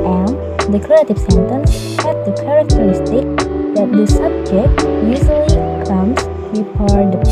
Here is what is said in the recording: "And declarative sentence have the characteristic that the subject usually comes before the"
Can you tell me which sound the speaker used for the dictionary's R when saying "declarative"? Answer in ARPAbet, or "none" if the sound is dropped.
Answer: none